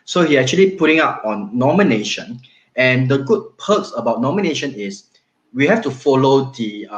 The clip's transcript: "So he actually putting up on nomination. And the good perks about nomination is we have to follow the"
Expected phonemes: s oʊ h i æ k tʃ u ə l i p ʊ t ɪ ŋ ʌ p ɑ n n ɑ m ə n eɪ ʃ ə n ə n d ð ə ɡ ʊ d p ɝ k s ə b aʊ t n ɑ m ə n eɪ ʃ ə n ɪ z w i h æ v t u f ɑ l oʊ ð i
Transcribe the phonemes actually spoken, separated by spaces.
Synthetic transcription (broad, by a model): s oʊ h i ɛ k tʃ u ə l i p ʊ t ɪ ŋ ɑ p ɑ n n ɑ m ə n eɪ ʃ ə n ə n d ə ɡ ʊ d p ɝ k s ə b aʊ t n ɑ m ə n eɪ ʃ ə n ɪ s w i h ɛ f t u f ɑ l oʊ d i